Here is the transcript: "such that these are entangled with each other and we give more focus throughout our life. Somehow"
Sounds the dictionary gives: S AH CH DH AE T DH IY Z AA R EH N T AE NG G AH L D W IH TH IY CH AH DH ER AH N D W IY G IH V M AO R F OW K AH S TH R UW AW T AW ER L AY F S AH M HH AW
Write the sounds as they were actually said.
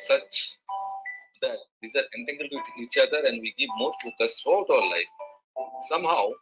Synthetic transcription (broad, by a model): S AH CH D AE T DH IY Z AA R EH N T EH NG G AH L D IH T IY CH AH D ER AH N D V IY G IH V M AO R F OW K AH S T R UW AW T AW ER L AY F S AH M HH AW